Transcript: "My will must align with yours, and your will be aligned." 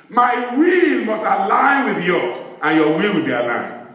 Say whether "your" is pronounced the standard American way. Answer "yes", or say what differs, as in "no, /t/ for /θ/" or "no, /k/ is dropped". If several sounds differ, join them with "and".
no, /l/ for /ɹ/